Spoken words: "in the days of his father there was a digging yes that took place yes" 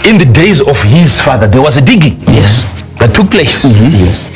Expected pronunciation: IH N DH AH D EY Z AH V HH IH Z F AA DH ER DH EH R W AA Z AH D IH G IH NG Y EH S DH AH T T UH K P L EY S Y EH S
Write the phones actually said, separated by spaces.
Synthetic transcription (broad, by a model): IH N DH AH D EY Z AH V HH IH Z F AA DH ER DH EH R W AA Z AH D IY G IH Y EH S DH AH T T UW K P L EY S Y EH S